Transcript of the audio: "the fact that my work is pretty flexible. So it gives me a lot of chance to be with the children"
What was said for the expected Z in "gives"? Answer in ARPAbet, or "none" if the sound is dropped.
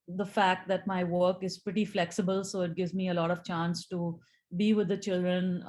Z